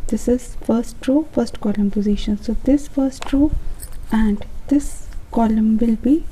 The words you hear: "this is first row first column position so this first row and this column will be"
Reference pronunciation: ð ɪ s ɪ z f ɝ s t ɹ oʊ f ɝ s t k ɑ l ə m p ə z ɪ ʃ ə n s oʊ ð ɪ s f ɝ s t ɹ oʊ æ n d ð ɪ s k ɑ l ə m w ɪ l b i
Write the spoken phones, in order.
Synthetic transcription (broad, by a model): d ɪ s ɪ z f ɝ s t ɹ oʊ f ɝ s t k ɑ l ə m p ə z ɪ ʃ ə n s oʊ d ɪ s f ɝ s t ɹ oʊ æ n d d ɪ s k ɑ l ə m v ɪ l b i